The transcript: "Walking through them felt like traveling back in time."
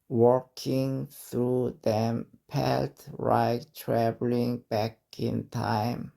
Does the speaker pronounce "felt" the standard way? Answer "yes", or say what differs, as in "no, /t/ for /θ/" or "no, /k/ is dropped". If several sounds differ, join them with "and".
no, /p/ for /f/